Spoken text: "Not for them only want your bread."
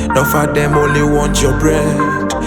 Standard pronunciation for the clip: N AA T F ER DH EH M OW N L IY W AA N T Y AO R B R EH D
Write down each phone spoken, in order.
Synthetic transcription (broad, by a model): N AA F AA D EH M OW L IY W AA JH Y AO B R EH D